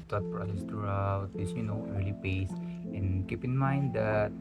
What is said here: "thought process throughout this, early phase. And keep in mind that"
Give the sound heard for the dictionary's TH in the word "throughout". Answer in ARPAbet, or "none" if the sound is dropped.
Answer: T